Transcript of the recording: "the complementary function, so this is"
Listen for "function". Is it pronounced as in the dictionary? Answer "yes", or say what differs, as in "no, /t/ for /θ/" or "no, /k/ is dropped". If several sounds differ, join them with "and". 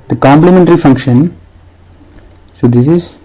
yes